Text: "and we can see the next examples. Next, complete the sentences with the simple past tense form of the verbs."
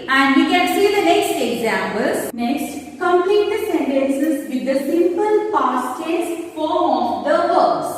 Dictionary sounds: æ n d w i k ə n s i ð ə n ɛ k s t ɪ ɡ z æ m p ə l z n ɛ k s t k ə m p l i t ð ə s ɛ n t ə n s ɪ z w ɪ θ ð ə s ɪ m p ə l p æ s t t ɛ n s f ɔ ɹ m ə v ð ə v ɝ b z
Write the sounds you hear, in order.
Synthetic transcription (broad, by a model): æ n d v i k ə n s i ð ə n ɛ k s t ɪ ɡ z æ m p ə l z n ɛ k s t k ə m p l i t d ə s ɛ n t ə n s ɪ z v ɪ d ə s ɪ m p ə l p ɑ s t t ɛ s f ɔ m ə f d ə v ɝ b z